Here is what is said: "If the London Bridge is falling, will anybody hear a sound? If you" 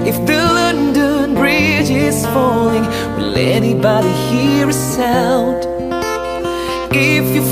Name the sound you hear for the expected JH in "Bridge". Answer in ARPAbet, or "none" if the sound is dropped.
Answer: JH